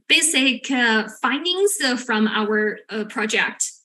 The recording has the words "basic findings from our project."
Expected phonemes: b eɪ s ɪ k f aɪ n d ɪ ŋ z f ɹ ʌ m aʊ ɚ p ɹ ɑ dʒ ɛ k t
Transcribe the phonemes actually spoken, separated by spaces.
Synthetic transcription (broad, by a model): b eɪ s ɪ k f aɪ n d ɪ ŋ z f ɹ ʌ m aʊ ɚ p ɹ ɑ dʒ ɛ k t